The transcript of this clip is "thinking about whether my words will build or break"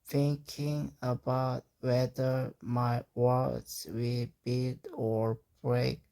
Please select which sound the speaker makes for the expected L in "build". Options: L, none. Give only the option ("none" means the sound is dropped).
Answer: none